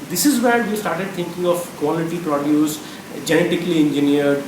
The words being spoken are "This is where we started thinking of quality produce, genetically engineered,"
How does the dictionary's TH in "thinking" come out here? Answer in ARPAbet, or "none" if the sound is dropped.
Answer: T